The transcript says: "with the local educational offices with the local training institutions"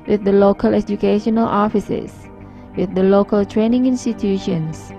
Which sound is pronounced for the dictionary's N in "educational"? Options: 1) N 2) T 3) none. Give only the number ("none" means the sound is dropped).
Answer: 1